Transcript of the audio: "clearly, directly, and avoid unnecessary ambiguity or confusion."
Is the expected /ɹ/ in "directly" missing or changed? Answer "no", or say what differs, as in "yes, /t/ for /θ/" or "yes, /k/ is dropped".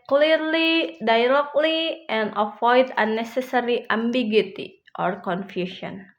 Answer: yes, /l/ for /ɹ/